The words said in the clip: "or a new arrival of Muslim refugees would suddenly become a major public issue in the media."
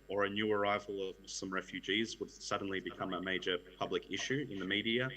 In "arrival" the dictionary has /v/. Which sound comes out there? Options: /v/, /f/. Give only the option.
/v/